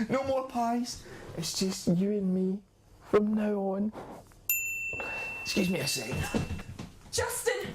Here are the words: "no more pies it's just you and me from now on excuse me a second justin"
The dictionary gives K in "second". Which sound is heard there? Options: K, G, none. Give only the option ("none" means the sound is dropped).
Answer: none